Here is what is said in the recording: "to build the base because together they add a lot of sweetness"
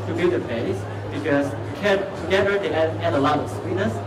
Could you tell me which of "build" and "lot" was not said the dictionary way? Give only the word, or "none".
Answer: build